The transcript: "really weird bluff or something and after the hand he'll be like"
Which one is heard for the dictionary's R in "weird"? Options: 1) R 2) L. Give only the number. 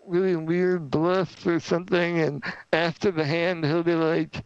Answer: 1